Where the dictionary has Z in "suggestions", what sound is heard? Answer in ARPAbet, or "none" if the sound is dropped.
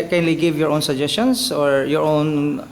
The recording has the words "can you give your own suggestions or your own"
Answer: S